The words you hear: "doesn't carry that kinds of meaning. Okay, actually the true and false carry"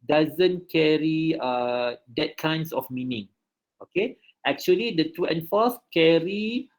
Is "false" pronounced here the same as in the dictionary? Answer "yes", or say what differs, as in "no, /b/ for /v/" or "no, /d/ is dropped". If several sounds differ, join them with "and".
no, /l/ is dropped